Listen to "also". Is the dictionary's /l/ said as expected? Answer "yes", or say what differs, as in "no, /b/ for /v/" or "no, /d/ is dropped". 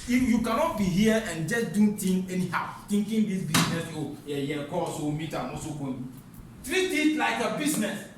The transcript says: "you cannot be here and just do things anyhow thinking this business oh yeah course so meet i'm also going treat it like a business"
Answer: no, /l/ is dropped